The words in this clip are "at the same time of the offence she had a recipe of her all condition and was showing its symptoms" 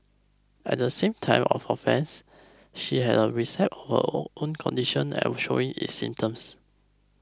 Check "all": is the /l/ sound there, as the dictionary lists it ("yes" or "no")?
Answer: no